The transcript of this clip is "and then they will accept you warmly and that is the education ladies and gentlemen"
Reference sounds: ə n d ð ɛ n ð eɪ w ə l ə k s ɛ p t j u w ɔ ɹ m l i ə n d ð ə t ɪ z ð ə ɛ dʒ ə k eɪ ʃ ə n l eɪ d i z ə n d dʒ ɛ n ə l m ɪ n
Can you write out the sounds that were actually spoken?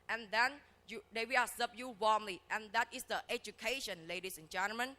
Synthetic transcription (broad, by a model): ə n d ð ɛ n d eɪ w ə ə s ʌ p j u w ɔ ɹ m l i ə n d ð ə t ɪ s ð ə ɛ dʒ ə k eɪ ʃ ə n l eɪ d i s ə n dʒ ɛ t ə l m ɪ n